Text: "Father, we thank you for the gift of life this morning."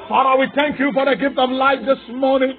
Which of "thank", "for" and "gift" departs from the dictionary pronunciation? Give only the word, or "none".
none